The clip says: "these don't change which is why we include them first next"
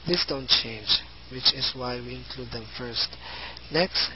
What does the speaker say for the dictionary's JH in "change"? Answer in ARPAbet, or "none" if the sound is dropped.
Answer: JH